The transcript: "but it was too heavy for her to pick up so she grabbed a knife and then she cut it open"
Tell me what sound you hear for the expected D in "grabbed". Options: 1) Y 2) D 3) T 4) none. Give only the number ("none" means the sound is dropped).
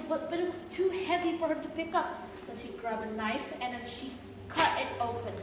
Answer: 4